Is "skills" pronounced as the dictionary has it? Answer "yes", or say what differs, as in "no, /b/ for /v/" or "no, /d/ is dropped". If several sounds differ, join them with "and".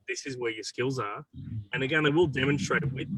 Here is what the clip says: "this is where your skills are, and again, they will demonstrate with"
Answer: yes